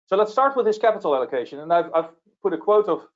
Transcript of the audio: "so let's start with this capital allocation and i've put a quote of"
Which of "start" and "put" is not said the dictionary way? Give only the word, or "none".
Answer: none